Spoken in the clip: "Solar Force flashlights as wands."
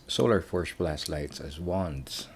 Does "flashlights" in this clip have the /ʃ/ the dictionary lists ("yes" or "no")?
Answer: no